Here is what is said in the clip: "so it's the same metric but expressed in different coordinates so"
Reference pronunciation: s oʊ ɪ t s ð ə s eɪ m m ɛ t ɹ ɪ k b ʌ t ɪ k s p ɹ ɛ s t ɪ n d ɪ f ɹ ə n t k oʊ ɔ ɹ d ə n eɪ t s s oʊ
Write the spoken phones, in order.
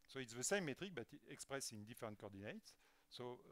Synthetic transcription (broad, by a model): s oʊ ɪ t s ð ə s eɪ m m ɛ t ɹ ɪ k b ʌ t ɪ k s p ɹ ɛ s ɪ n d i f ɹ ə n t k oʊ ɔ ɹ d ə n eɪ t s s oʊ